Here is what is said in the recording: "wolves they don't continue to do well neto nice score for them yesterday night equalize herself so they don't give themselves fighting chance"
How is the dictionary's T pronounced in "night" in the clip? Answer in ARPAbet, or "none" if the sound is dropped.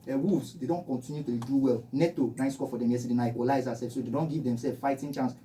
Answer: none